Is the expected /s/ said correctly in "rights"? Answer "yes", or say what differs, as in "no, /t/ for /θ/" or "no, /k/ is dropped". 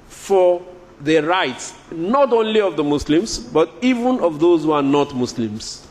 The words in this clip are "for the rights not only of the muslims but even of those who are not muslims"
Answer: yes